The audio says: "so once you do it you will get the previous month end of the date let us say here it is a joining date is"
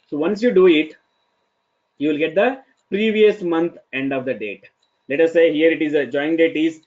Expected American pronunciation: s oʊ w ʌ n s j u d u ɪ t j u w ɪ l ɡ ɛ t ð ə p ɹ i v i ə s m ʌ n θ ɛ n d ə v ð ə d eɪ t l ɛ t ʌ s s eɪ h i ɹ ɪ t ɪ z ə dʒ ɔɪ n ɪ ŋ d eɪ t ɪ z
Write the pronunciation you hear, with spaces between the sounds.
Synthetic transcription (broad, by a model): s oʊ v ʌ n s j u d u ɪ t j u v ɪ l ɡ ɛ t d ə p ɹ i v i ə s m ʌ n t ɛ n d ə v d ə d eɪ t l ɛ t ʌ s s eɪ h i ɹ ɪ t ɪ z ə dʒ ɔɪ ɪ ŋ d eɪ t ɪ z